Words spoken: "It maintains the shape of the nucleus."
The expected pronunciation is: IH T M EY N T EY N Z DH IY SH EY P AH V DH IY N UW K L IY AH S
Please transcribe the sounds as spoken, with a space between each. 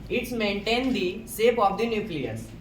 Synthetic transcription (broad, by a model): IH T M EY N T EY N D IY S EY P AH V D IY N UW K L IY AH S